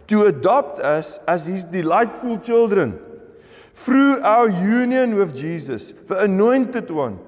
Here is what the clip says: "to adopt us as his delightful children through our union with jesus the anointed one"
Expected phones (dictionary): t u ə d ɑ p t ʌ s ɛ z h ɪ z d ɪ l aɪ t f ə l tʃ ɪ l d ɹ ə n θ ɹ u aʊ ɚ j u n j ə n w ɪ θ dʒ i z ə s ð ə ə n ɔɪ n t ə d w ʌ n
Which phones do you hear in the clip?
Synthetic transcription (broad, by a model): t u ə d ɑ p t ʌ s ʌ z h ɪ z d ɪ l aɪ t f ə l tʃ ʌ l d ɹ ə n f ɹ u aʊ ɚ j u n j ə n w ɪ θ dʒ i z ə s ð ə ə n ɔɪ n t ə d w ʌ n